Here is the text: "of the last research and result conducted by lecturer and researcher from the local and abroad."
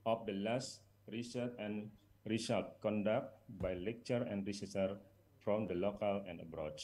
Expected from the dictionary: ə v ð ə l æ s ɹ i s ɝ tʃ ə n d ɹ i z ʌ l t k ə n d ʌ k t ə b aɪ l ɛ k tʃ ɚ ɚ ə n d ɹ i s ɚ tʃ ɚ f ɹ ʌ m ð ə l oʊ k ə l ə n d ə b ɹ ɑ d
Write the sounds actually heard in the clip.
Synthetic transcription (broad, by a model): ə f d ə l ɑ s ɹ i s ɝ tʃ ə n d ɹ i s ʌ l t k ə n d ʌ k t b aɪ l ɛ k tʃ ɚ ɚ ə n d ɹ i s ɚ s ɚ f ɹ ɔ m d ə l oʊ k ə l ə n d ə b ɹ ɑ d